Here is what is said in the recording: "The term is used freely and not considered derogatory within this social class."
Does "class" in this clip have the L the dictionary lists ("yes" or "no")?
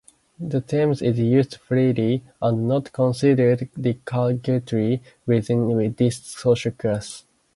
no